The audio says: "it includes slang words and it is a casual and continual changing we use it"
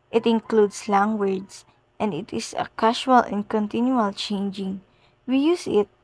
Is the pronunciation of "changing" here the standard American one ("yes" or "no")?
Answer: yes